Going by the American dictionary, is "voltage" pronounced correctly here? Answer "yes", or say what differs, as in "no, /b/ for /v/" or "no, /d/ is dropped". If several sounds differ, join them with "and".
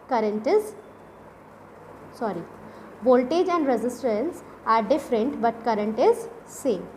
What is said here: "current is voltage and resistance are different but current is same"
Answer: no, /b/ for /v/